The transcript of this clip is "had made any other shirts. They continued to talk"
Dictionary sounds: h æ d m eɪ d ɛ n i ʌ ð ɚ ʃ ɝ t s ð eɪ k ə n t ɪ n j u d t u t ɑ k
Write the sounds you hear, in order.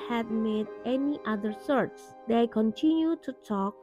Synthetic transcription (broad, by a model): h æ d m eɪ d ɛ n i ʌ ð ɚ s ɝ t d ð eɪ k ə n t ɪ n j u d t u t ɑ k